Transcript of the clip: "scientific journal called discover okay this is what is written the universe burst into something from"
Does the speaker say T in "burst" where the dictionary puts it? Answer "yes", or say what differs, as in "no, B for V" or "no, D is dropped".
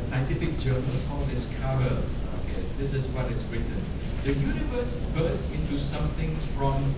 no, T is dropped